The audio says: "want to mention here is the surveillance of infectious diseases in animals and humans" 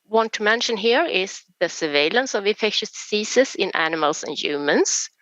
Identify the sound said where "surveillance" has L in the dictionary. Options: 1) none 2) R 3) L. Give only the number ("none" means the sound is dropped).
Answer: 3